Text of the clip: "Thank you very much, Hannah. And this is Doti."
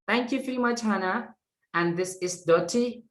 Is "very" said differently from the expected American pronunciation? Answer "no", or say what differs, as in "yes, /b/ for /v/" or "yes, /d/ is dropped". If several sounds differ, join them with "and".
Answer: yes, /f/ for /v/